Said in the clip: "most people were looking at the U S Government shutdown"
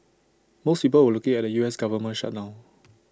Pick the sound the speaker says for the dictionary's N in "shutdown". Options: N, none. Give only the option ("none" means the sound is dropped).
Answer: none